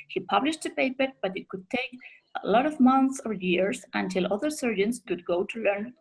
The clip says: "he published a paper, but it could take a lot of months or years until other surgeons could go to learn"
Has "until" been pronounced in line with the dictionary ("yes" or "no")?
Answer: yes